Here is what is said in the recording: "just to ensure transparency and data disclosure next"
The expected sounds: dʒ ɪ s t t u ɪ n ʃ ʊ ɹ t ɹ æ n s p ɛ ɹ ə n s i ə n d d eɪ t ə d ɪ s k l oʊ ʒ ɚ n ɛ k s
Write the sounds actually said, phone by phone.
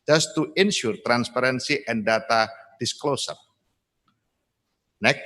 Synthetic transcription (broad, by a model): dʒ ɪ s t t u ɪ n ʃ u ɹ t ɹ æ n s p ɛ ɹ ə n s i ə n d d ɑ t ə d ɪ s k l oʊ s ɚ n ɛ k